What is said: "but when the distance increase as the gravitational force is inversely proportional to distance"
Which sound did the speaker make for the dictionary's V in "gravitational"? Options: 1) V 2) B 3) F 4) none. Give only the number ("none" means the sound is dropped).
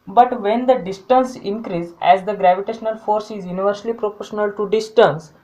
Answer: 1